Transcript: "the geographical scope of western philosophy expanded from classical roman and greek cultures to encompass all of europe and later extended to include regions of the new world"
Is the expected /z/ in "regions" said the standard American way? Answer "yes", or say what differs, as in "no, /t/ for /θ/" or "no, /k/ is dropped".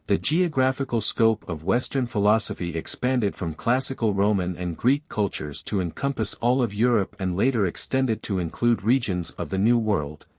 yes